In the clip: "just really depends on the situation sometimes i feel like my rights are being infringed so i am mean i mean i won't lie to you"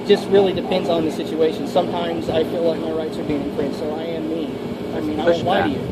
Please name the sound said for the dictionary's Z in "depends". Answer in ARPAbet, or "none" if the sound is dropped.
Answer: Z